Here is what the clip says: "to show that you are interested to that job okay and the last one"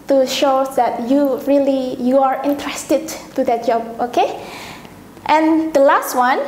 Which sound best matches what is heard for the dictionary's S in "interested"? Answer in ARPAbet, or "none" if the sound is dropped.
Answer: S